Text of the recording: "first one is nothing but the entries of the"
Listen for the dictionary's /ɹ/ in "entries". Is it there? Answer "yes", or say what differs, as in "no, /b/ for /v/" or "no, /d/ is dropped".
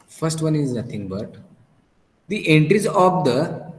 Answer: yes